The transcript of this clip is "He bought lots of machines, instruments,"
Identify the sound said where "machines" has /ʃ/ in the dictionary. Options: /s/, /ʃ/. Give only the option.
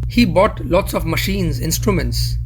/ʃ/